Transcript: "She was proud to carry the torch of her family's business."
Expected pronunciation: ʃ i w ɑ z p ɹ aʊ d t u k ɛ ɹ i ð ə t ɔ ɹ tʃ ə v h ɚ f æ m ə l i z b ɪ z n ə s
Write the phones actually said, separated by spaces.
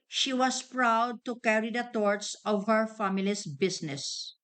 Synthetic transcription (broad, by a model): ʃ i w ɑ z p ɹ aʊ d t u k ɛ ɹ i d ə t ɔ ɹ s ə v h ɚ f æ m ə l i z b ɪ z n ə s